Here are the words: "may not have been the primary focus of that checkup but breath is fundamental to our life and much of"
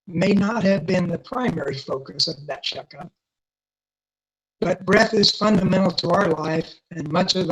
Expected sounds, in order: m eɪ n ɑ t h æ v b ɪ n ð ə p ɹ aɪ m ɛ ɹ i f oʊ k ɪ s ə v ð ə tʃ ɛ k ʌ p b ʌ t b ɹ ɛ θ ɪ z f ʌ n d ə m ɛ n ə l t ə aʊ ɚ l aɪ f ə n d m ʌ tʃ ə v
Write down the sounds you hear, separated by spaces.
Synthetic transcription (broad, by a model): m eɪ n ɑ t h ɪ v b ɪ n ð ə p ɹ aɪ m ɛ ɹ i f oʊ k ɪ s ə v ð ə tʃ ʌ k ʌ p b ʌ t b ɹ ɛ θ ɪ z f ʌ n d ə m ɛ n l t ə aʊ ɚ l aɪ f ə n m ʌ tʃ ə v